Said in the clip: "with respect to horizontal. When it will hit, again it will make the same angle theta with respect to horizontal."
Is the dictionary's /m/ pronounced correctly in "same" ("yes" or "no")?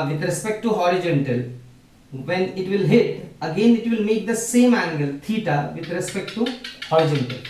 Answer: yes